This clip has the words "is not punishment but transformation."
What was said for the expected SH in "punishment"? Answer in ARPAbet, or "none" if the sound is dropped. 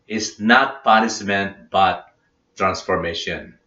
S